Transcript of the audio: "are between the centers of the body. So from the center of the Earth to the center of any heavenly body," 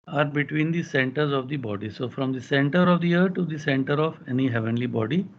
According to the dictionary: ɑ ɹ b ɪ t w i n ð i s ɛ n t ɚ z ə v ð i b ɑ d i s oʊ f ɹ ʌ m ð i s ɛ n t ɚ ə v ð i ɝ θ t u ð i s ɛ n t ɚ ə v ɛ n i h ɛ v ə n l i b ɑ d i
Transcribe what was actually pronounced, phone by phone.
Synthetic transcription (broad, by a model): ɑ ɹ b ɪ t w i n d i s ɛ n t ɚ z ə v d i b ɑ d i s oʊ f ɹ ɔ m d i s ɛ n t ɚ ə v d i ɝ t u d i s ɛ n t ɚ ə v ɛ n i h ɛ v ə n l i b ɑ d i